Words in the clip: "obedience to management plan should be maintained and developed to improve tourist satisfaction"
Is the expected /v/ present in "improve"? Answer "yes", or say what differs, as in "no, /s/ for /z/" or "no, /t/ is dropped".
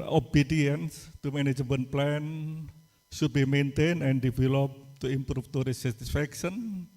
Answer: no, /f/ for /v/